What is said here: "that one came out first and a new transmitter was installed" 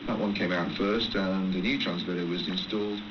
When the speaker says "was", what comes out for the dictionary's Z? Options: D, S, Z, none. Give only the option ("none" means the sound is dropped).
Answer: Z